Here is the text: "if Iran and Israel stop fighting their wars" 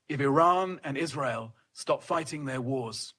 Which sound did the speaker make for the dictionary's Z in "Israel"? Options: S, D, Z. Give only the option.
Z